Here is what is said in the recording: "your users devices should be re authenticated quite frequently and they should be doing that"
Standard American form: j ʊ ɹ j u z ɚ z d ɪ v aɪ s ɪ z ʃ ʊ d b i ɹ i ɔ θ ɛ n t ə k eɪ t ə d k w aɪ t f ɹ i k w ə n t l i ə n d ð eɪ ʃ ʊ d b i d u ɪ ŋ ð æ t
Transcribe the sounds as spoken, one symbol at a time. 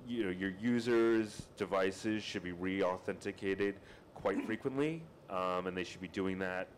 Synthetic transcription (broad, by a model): j ʊ ɹ j u z ɚ z d ɪ v aɪ s ɪ z ʃ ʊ d b i ɹ i ɔ θ ɛ n t ə k eɪ t ə d k w aɪ t f ɹ i k w ə n t l i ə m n ð eɪ ʃ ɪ d b i d u ɪ ŋ ð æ t